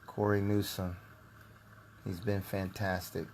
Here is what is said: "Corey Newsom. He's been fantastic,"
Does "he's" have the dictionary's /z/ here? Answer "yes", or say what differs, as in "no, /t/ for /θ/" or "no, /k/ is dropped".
yes